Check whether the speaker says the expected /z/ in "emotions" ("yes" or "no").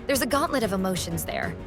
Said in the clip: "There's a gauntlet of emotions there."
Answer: yes